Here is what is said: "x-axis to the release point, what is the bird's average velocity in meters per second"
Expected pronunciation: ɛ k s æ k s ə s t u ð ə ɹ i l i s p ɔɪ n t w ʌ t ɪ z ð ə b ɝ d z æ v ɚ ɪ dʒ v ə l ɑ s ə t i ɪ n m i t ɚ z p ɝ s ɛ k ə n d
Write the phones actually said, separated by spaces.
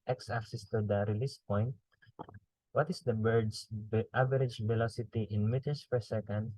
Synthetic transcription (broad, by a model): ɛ k s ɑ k s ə s t u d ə ɹ i l i s p ɔɪ n t w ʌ t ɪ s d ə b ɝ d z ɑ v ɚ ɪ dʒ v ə l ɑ s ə t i ɪ n m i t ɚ s p ɝ s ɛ k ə n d